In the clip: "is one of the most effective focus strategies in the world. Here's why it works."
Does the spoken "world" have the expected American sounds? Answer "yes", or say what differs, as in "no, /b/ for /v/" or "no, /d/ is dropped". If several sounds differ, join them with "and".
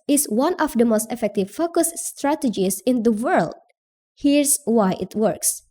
yes